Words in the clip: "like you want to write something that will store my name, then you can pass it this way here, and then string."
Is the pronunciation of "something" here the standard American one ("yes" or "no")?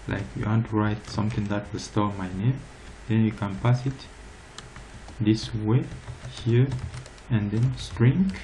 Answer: no